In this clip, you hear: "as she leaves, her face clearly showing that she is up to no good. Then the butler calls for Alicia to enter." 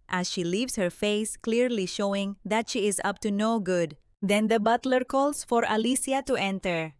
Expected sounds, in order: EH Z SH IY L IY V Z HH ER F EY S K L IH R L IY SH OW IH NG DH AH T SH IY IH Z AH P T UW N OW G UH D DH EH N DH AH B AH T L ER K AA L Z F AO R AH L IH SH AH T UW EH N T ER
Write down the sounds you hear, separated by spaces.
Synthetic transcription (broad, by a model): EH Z SH IY L IY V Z HH ER F EY S K L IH R L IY SH OW IH NG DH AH T SH IY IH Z AH P T UW N OW G UH D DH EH N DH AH B AH T L ER K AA L S F AO R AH L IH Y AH T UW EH N T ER